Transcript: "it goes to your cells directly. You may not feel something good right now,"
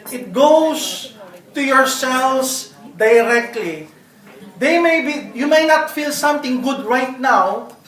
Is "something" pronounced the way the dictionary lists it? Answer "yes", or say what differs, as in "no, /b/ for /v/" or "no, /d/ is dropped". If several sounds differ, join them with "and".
no, /t/ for /θ/